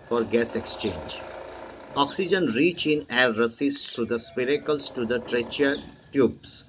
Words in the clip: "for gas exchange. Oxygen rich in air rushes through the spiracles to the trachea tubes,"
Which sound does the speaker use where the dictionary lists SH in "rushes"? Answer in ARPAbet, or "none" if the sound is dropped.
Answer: S